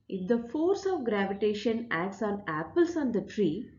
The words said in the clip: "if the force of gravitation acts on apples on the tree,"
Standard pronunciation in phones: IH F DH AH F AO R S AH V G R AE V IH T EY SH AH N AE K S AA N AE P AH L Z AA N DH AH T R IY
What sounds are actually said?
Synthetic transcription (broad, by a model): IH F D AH F AO R S AH V G R AE V IH T EY SH AH N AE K S AA N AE P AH L S AA N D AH T R IY